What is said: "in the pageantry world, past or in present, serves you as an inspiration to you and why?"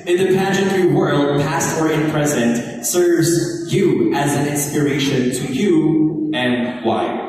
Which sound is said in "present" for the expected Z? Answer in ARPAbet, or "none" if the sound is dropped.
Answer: Z